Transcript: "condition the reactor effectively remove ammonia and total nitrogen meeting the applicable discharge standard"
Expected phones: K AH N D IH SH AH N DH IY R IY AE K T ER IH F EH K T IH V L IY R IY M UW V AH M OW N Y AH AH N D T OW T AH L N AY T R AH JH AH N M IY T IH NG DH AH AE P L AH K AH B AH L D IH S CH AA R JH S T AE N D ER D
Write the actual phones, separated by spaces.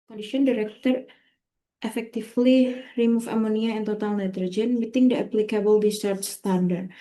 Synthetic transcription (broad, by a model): K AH N D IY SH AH N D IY R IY K T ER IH F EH K T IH F L IY R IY M UW F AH M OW N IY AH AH N T OW T AH L N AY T R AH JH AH N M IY T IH NG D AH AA P L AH K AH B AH L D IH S AA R CH S T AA N D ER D